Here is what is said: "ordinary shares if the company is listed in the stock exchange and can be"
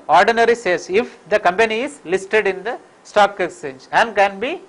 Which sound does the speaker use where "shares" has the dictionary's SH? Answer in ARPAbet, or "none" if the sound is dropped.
S